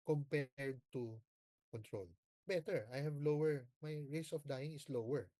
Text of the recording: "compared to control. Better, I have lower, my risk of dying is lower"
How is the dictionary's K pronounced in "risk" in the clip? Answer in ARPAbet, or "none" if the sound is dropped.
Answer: none